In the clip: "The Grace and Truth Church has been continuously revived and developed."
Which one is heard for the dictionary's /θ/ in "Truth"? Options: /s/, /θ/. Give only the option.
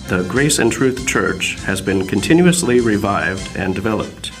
/θ/